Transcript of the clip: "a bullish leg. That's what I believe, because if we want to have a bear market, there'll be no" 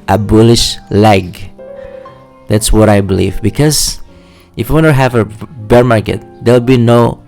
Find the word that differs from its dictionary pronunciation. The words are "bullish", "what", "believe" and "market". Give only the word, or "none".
none